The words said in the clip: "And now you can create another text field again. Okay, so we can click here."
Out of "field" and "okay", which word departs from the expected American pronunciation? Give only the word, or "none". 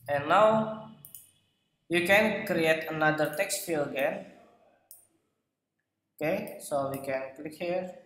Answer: field